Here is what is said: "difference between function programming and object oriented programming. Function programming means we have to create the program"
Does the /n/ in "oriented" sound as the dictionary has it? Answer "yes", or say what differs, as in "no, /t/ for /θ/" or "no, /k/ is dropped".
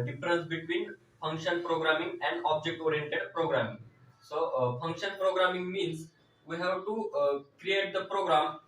yes